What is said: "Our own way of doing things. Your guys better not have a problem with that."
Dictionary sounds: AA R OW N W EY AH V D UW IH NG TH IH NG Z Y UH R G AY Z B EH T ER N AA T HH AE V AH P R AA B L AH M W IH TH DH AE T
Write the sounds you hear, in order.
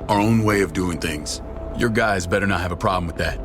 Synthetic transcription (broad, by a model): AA R OW N W EY AH V D UW IH NG TH IH NG Z Y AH R G AY Z B EH T ER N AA T HH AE V AH P R AA B L AH M W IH DH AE T